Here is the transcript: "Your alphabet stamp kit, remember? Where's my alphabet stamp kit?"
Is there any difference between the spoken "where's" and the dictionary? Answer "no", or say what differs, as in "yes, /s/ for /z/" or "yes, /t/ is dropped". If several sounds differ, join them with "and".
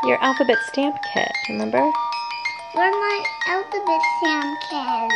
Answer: yes, /z/ is dropped